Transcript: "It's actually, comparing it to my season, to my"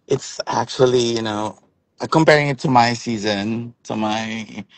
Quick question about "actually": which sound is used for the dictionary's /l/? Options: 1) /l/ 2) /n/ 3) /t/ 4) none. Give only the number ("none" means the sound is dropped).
2